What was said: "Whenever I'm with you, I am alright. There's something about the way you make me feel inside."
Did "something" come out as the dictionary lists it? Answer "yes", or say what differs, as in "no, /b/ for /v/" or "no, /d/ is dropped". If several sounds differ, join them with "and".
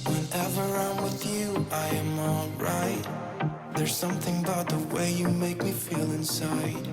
yes